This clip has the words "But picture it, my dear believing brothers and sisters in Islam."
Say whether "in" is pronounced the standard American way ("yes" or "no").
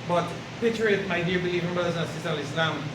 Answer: no